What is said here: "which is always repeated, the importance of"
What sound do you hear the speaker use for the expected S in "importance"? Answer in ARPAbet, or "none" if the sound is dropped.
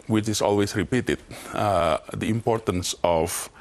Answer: S